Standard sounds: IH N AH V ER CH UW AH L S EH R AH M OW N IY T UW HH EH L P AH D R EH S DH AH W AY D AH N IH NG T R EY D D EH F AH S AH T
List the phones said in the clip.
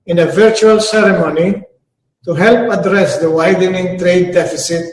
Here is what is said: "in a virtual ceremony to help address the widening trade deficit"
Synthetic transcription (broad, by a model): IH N AH V ER CH UW AH L S EH R AH M OW N IY T UW HH EH L P AH D R EH S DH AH W AY D AH N IH NG T R EY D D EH F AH S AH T